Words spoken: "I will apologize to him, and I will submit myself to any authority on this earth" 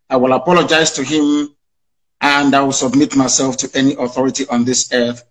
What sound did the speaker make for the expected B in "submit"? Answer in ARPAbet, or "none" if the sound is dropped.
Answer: B